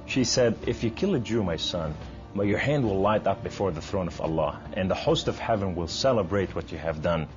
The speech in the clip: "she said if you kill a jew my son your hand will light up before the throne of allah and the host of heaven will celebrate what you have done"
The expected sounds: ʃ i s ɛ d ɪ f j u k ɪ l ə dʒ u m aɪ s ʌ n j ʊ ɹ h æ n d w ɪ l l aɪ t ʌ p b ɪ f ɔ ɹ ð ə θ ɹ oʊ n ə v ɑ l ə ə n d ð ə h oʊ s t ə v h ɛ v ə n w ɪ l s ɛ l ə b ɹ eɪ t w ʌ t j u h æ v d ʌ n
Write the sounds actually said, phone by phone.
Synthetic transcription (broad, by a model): ʃ i s ɛ d ɪ f j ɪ k ɪ l ə dʒ u m aɪ s ʌ n j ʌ ɹ h æ n d w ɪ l l aɪ t ʌ p b ɪ f ɔ ɹ ð ə θ ɹ oʊ n ə v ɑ l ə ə n ð ə h oʊ s t ə v h ɛ v ə n w ɪ l s ɛ l ə b ɹ eɪ t w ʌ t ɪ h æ v d ʌ n